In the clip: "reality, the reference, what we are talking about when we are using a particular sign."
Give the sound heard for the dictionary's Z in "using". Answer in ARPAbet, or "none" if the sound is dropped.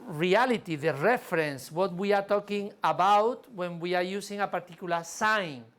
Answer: S